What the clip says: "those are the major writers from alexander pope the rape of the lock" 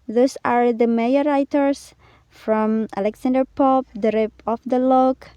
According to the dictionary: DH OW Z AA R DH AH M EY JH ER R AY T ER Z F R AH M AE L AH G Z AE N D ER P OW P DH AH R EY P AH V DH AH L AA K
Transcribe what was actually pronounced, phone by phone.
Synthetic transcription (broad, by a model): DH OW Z AA R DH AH M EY ER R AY T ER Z F R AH M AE L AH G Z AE N D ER P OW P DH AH R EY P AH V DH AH L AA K